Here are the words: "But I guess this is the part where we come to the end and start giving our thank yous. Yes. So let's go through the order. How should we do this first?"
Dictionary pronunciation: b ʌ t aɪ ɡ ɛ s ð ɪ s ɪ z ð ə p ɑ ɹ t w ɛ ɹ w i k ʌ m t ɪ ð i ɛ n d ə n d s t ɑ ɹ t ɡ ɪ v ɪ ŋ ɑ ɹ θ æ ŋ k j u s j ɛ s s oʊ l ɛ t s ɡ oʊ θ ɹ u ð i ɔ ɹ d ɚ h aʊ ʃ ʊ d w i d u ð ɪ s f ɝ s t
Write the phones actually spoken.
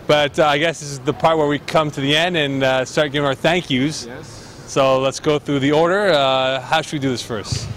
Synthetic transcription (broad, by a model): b ʌ t aɪ ɡ ɛ s ð ɪ s ɪ z ð ə p ɑ ɹ t w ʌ ɹ w i k ʌ m t ɪ ð i ɛ n d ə n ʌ s t ɑ ɹ t ɡ ɪ v ɪ ŋ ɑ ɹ θ æ ŋ k j u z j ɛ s s oʊ l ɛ t s ɡ oʊ θ ɹ u ð i ɔ ɹ d ɚ h aʊ ʃ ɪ d w i d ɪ ð ɪ s f ɝ s t